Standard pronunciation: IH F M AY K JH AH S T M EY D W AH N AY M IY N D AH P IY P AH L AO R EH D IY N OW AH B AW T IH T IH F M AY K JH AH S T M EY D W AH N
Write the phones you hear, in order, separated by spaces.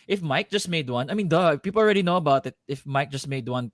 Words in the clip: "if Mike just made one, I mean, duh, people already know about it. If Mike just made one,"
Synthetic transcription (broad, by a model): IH F M AY K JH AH S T M EY D W AH N AY M IY N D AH P IY P AH L AO R EH D IY N OW AH B AW T IH T IH F M AY K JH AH S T M EY D W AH N